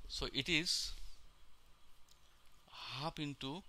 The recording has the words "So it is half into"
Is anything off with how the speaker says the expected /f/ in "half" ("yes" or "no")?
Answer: yes